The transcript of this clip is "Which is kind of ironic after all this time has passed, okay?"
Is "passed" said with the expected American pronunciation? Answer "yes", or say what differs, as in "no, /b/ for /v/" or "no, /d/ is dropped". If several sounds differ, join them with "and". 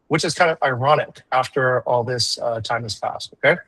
yes